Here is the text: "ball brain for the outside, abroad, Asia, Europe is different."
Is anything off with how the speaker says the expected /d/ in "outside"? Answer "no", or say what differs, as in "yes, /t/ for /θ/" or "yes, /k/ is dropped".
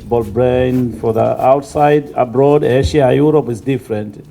no